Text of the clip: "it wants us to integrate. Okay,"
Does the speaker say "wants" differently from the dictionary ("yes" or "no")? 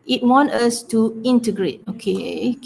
yes